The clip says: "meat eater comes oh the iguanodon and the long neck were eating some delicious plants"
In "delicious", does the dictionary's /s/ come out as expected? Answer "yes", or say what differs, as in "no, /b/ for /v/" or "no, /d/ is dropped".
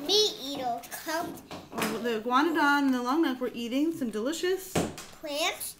yes